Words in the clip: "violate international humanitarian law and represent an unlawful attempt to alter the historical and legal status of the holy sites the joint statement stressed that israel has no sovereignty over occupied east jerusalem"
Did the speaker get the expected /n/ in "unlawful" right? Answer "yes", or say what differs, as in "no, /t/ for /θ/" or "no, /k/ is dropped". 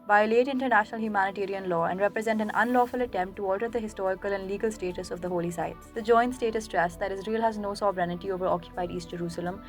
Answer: yes